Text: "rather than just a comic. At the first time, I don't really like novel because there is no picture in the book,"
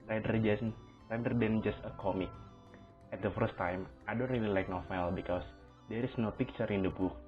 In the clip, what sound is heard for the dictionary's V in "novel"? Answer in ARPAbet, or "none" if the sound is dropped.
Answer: F